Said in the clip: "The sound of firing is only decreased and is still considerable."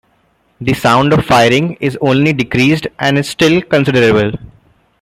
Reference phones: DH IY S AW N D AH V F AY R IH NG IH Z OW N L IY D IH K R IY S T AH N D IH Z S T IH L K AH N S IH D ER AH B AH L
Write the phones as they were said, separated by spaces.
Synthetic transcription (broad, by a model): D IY S AW N D AH V F AY R IH NG IH Z OW N L IY D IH K R IY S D AH N D IH Z S T IH L K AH N S IH D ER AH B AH L